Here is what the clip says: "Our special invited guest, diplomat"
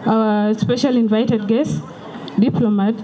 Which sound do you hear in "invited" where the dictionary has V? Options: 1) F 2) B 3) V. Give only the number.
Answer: 3